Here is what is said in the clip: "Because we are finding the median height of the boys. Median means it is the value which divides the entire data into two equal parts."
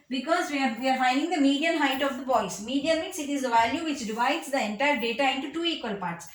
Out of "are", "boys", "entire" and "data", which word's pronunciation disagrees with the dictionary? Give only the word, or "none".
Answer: boys